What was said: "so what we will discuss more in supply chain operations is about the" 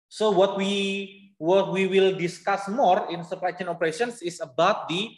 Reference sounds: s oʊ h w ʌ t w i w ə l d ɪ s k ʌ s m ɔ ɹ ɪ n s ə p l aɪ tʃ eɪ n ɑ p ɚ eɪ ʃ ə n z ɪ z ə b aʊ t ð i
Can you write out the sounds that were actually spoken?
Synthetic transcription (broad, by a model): s oʊ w w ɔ t w i w ə l d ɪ s k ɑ s m ɔ ɹ ɪ n s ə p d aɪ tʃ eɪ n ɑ p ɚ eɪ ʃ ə n s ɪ s ə b aʊ t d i